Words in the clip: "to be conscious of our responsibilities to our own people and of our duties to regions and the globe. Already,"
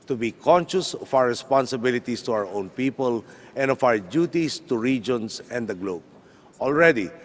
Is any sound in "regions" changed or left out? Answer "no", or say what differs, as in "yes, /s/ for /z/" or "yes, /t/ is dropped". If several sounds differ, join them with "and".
yes, /s/ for /z/